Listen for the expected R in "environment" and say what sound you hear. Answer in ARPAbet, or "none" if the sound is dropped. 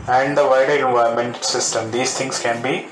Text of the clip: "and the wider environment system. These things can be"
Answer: none